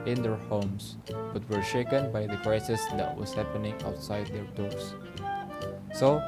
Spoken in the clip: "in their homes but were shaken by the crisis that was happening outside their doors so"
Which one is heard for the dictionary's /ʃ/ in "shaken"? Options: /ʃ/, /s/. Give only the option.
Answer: /ʃ/